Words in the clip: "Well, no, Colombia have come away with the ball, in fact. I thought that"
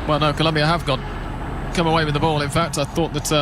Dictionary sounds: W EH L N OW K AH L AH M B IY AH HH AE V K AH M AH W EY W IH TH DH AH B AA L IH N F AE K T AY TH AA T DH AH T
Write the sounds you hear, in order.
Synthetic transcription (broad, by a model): W EH L N OW K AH L AH M B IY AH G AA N K AH M AH W EY W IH DH AH B AA L IH N F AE K T AY TH AA T DH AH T